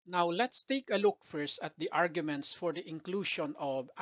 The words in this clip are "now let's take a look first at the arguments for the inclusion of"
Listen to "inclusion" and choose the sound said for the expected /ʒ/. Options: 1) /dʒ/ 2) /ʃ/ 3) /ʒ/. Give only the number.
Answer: 2